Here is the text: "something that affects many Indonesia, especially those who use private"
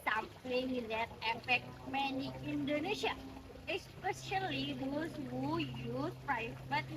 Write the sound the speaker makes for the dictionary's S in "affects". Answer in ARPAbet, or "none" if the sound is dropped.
none